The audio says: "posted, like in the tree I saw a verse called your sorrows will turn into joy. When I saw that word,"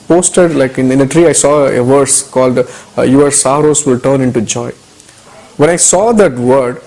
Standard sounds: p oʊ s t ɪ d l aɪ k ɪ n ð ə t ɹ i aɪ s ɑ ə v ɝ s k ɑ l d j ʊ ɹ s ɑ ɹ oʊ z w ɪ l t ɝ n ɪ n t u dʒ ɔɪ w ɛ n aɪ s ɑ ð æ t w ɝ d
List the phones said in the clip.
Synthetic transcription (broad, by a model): p oʊ s t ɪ d l aɪ k ɪ n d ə t ɹ i aɪ s ɑ ə v ɝ s k ɑ l d j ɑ ɹ s ɑ ɹ oʊ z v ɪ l t ɝ n ɪ n t u dʒ ɔɪ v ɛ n aɪ s ɑ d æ t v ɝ d